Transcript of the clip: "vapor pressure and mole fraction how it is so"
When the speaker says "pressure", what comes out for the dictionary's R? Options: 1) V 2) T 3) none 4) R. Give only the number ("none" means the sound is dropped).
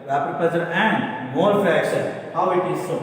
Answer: 3